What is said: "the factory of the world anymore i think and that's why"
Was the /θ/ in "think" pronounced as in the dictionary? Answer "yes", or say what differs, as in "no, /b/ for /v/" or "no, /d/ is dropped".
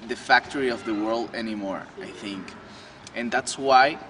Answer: yes